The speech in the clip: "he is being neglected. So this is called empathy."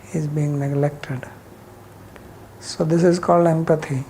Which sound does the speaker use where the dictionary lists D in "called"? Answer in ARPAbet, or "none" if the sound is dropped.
D